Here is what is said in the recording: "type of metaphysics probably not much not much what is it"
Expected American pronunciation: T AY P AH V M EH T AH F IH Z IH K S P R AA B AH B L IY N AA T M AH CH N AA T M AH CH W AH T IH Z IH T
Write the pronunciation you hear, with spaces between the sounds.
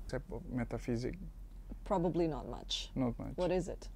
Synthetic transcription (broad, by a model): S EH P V M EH T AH F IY Z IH K P R AA B AH B L IY N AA T M AH CH N AA T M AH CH W AH T IH Z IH T